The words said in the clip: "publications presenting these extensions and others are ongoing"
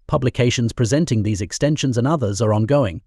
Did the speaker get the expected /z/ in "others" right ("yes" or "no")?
yes